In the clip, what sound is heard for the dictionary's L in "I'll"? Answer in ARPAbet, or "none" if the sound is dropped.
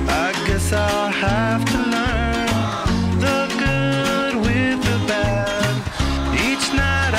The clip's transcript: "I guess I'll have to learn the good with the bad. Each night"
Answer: L